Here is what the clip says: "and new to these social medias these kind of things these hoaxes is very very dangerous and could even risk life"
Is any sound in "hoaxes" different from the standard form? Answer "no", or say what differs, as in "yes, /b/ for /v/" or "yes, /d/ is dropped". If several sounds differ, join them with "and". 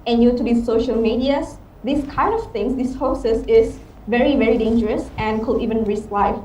yes, /k/ is dropped and /s/ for /z/